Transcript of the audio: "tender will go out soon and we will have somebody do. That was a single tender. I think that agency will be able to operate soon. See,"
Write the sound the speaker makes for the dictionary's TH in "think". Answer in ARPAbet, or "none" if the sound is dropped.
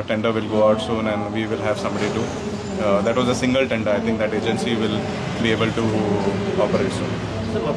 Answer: T